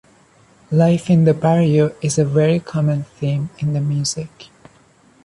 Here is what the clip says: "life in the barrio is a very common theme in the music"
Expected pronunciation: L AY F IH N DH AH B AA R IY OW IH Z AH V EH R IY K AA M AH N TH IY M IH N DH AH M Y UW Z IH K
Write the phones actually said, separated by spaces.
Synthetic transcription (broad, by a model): L AY F IH N DH AH B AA R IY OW IH Z AH V EH R IY K AA M AH N TH IY M IH N DH AH M Y UW Z IH K